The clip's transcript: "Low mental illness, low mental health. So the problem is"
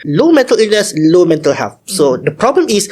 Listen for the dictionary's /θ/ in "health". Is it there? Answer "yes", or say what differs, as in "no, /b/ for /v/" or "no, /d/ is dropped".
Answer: no, /f/ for /θ/